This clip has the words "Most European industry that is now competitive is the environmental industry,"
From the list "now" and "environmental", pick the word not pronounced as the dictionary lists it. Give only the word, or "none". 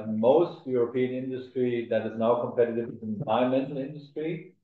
environmental